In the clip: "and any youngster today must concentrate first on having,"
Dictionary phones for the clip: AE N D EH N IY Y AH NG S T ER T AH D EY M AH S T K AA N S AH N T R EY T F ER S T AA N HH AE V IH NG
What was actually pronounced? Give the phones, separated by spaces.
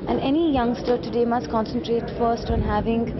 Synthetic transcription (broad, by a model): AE N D EH N IY Y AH NG S T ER T AH D EY M AH S T K AA N S AH N T R EY T F ER S T AA N HH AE V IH NG